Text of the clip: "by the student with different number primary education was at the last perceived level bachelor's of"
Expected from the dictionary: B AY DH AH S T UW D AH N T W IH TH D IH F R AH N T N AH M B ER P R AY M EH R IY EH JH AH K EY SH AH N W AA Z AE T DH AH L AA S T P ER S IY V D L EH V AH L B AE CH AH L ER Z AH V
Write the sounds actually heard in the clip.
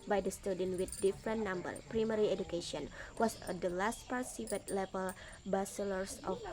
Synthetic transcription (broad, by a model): B AY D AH S T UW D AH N W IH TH D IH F R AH N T N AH M B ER P R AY M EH R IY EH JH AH K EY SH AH N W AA S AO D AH L AA S T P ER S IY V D L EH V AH L B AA S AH L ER S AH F